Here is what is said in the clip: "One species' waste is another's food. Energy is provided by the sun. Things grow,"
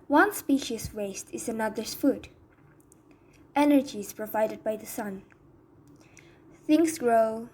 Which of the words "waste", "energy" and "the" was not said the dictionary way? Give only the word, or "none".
none